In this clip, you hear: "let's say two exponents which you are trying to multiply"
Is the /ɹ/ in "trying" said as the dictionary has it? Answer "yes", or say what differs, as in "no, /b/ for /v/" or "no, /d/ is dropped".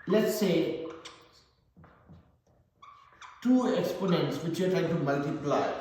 yes